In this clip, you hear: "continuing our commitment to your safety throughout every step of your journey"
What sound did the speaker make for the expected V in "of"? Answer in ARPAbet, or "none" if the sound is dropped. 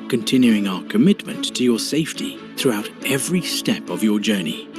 V